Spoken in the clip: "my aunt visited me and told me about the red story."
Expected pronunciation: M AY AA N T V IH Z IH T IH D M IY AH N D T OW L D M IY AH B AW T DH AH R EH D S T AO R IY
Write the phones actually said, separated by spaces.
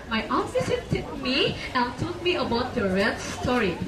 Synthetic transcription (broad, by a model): M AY AA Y T F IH S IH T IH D M IY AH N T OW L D M IY AH B AW T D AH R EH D S T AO R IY